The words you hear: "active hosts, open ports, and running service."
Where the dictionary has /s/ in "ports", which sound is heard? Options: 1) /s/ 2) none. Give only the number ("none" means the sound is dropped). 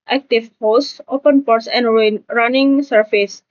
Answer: 1